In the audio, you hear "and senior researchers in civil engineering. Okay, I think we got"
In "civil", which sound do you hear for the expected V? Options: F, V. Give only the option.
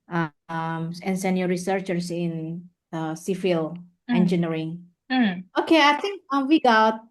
F